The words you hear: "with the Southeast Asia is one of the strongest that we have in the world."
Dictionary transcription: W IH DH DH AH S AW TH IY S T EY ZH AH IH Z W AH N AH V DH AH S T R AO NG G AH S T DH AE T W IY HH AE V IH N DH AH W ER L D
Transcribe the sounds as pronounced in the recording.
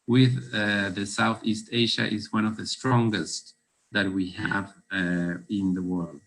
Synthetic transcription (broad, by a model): W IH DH DH AH S AW TH IY S T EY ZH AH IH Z W AH N AH V DH AH S T R AO NG G AH S T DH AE T W IY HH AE V IH N DH AH W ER L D